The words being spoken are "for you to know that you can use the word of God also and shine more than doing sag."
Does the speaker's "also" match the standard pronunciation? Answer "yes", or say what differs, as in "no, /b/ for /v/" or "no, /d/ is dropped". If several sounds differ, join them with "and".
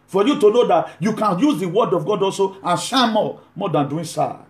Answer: yes